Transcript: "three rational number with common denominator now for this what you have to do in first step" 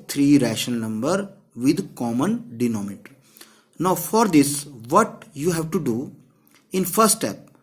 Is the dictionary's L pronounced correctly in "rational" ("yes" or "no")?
no